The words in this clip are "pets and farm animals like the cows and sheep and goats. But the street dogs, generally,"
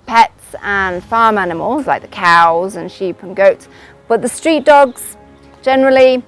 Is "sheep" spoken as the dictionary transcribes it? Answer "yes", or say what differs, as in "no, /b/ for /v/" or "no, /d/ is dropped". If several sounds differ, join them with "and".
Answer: yes